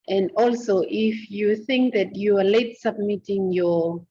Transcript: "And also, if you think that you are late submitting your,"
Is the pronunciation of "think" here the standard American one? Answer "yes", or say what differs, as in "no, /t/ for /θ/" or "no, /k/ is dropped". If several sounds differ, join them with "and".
yes